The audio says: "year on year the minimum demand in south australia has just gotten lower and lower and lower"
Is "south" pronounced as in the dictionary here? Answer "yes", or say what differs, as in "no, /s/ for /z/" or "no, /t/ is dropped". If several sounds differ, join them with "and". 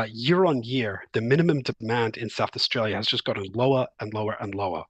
yes